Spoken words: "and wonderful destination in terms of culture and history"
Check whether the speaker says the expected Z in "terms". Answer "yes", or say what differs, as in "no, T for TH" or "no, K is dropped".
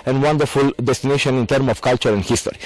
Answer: no, Z is dropped